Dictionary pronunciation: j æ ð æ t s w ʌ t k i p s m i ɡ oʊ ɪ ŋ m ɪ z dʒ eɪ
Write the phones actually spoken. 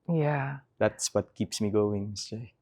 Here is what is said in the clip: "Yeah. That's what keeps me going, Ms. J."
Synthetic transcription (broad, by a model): j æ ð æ t s w ʌ t k i p s m i ɡ oʊ ɪ ŋ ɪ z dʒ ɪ